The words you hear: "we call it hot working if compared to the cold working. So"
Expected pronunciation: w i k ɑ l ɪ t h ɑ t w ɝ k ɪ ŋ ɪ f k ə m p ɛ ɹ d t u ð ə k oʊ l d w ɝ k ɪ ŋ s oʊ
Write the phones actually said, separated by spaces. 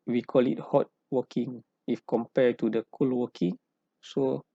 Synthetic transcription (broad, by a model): w i k ɑ l ɪ t h ɑ t w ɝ k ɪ ŋ ɪ f k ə m p ɛ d t u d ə k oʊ l w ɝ k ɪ ŋ s oʊ